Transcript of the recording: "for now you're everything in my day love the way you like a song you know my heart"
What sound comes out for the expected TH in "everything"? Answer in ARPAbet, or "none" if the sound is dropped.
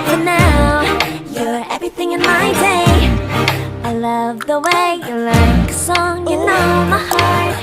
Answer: TH